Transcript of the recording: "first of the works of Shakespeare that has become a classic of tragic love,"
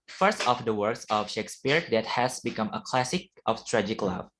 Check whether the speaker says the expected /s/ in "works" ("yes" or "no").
yes